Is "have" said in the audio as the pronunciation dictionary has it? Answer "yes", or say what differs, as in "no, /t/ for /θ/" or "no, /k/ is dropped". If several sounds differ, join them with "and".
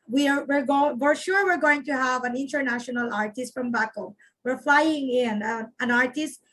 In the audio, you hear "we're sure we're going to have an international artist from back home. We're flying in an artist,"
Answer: yes